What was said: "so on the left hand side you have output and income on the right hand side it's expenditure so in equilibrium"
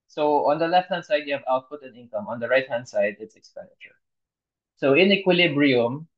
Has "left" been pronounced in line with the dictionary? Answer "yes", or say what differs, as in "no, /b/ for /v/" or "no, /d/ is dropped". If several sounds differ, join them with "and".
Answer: yes